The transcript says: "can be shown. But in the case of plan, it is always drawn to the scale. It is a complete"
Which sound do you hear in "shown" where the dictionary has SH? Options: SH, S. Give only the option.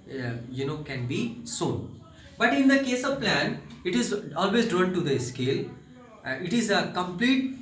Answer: S